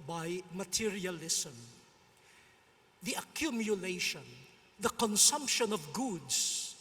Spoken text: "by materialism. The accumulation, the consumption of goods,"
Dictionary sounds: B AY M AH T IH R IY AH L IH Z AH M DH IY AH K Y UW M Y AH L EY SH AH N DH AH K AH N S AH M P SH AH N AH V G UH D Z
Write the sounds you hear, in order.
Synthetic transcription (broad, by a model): B AY M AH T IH R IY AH L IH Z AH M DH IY AH K Y UW M Y AH L EY SH AH N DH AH K AH N S AH M P SH AH N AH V G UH D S